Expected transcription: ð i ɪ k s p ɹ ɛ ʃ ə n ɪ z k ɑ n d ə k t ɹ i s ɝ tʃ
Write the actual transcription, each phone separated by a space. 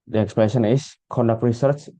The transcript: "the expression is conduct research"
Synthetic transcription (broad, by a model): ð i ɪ k s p ɛ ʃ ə n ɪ s k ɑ n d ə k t ɹ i s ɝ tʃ